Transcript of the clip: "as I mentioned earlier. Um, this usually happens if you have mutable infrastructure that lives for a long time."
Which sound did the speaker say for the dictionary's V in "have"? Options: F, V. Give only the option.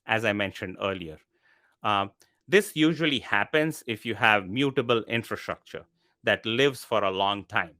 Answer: V